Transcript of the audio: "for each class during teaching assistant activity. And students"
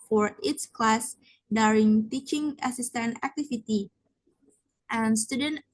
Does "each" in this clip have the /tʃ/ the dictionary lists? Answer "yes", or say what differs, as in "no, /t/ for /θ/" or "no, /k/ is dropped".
no, /s/ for /tʃ/